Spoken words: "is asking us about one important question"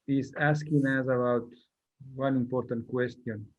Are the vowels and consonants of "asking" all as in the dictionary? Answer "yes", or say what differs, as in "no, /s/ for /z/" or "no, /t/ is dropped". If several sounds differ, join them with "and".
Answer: yes